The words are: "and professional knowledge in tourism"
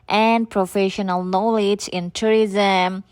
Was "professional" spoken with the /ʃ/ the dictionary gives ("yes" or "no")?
yes